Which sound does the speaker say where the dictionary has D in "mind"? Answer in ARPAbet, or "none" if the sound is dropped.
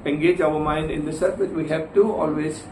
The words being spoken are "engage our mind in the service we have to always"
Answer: D